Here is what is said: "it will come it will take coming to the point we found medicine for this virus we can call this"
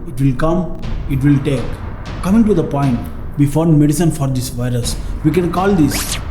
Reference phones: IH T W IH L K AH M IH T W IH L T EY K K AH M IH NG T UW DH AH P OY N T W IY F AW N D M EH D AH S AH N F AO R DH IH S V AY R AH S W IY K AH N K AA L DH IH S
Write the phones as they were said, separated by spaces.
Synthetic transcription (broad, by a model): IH T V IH L K AH M IH T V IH L T EY K K AH M IH NG T UW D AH P OY N T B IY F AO D M EH D AH S AH N F AO R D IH S V AY R AH S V IY K AH N K AA L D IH S